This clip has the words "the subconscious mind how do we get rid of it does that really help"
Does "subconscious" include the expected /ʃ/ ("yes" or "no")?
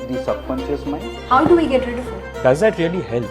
no